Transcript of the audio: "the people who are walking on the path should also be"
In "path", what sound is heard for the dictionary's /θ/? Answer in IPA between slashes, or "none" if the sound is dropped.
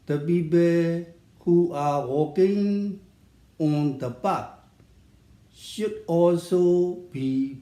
/t/